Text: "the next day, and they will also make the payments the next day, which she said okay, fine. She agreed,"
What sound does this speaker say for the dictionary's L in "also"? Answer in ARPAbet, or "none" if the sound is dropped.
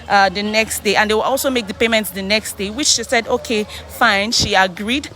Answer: L